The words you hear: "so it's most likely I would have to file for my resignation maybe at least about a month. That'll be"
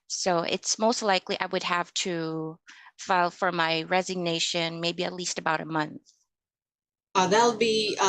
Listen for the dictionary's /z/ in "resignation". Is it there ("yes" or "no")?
yes